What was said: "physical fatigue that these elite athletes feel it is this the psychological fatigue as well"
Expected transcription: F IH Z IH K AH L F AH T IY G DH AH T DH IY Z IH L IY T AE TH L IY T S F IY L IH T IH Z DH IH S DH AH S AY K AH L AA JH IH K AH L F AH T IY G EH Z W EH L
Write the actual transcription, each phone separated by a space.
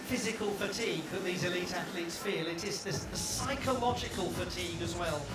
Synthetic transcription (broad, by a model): F IH Z IH K AH L F AH T IY G DH AH T DH IY Z IH L IY T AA TH L IY T S F IY L IH T IH Z DH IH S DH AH S AY K AH L AA JH IH K AH L F AH T IY G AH Z W EH L